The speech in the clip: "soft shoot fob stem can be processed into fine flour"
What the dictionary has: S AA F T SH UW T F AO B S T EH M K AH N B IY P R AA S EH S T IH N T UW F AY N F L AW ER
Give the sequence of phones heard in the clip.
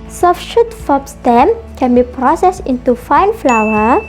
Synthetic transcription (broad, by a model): S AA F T SH UW T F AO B S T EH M K AH N B IY P R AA S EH S IH N T UW F AY N F L AW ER